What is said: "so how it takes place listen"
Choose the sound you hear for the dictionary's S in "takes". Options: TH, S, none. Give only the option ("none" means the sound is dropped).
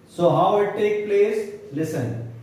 none